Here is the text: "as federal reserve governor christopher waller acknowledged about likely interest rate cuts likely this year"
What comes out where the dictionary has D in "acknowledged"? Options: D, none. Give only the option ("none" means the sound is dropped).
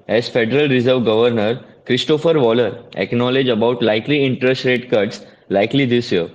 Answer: none